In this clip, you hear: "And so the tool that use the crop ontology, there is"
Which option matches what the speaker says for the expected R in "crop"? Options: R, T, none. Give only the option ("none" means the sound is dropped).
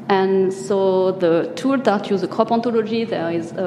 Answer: none